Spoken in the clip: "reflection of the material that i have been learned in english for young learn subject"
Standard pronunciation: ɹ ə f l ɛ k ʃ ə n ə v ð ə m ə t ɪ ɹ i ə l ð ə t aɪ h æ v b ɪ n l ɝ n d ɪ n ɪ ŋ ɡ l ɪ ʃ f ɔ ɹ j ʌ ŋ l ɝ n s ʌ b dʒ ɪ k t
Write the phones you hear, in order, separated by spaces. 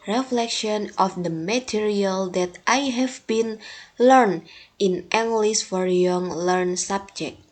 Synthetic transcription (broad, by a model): ɹ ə f l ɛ k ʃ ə n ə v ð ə m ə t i ɹ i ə l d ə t aɪ h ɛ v b ɪ n l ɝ n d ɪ n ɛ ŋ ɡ l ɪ s f ɔ ɹ j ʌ ŋ l ɝ n s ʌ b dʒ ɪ k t